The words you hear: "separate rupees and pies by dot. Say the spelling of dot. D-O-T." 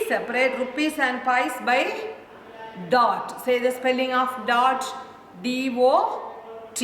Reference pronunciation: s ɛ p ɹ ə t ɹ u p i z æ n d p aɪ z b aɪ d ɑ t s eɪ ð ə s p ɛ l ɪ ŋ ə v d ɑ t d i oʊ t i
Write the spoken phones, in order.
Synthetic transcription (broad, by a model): s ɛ p ɹ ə t ɹ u p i s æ n d p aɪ s b aɪ d ɑ t s eɪ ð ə s p ɛ l ɪ ŋ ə f d ɑ t d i oʊ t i